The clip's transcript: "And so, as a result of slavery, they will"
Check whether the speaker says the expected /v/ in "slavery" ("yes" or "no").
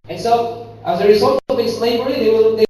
no